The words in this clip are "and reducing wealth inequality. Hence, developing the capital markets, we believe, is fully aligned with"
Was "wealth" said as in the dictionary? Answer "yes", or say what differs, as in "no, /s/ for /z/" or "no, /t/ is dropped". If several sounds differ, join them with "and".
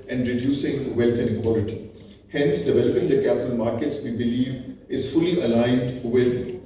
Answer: no, /t/ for /θ/